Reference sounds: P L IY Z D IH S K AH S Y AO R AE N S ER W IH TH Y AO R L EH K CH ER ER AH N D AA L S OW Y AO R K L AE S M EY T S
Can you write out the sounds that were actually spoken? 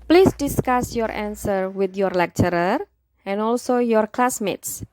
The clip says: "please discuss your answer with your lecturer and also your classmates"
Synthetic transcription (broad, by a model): P L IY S D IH S K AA S Y AO R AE N S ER W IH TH Y AO R L EH K CH ER ER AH N AA L S OW Y AO R K L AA S M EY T S